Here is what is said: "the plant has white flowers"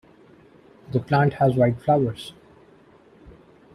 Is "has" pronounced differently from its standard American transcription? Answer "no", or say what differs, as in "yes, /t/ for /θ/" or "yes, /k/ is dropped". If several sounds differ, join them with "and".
no